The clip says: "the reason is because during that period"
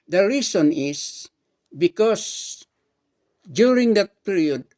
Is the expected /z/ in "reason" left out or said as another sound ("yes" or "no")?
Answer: yes